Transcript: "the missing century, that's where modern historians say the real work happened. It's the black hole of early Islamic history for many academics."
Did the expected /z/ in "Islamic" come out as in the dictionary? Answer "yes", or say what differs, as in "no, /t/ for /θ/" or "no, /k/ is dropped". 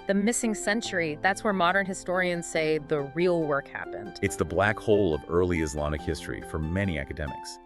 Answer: yes